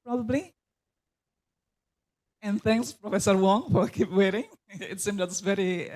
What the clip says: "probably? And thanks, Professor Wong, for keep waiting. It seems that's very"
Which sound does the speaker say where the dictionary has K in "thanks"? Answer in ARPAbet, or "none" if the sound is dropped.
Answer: K